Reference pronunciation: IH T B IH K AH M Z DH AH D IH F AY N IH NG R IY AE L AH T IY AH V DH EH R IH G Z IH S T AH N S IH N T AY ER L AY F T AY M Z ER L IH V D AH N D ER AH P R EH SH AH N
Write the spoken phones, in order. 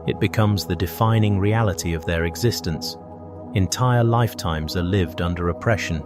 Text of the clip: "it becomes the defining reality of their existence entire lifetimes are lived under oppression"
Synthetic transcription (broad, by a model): IH T B IH K AH M Z DH AH D IH F AY N IH NG R IY AE L AH T IY AH V DH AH R IH G Z IH S T AH N S IH N T AY ER L AY F T AY M Z ER L IH V D AH N D ER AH P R EH SH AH N